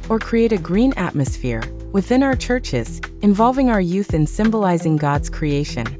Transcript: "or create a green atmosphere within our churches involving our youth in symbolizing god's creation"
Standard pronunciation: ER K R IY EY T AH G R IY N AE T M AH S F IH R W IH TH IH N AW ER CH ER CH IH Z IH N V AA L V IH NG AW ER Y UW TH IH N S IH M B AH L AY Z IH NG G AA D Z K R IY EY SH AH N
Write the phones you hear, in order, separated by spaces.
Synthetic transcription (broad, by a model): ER K R IY EY T AH G R IY N AE T M AH S F IH R W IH TH IH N AW ER CH ER CH IH Z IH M V AA L V IH NG AW ER Y UW TH IH N S IH M B AH L AY Z IH NG G AA D Z K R IY EY SH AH N